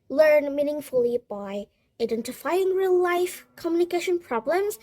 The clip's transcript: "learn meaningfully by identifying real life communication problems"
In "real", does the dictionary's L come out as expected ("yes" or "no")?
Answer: yes